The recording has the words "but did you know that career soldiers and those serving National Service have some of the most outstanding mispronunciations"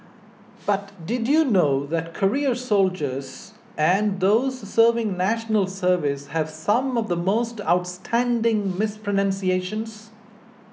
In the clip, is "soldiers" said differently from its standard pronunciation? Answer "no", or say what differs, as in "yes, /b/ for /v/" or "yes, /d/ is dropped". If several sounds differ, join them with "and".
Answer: no